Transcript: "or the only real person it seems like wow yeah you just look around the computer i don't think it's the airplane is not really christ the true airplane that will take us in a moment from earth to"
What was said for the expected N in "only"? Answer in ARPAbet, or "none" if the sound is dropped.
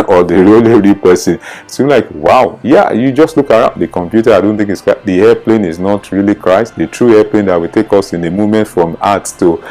none